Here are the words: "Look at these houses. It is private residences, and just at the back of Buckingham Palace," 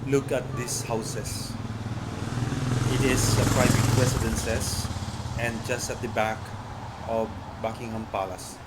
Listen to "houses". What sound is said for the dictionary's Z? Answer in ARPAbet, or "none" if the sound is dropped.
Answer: S